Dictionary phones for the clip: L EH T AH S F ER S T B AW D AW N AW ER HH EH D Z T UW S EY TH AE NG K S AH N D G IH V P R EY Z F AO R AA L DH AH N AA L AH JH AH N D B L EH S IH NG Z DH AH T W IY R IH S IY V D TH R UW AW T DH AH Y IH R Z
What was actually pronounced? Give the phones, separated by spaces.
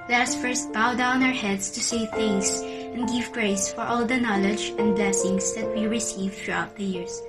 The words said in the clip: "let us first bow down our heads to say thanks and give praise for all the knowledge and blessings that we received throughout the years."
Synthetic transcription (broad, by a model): L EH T AH S F ER S T B AW D AW N AW ER HH EH D S T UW S EY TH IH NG S AH N D G IH V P R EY S F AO R AA L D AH N AA L AH JH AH N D B L EH S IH NG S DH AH T W IY R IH S IY V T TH R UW AW T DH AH Y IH R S